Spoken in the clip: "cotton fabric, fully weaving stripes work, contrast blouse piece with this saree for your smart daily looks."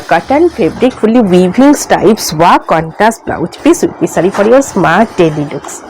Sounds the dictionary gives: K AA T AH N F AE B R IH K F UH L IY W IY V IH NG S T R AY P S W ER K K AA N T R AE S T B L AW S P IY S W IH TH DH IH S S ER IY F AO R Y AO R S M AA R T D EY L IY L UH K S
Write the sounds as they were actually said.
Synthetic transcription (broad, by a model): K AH T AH N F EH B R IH K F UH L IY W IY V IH NG S T AY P S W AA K K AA N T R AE S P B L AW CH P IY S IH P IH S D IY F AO R Y AO R S M AA R T D EY L IY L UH K S